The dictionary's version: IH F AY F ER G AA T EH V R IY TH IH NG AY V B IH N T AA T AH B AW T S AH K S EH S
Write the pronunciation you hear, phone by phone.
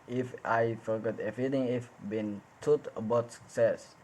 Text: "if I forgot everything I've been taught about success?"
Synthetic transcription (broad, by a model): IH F AY F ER G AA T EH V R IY T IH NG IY F B IH N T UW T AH B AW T S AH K S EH S